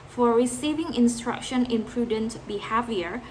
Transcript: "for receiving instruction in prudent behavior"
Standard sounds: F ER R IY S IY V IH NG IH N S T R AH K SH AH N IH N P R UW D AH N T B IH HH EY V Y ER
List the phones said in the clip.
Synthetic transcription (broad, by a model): F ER R IY S IY V IH NG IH N S T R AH K SH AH N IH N P R UW D AH N T B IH HH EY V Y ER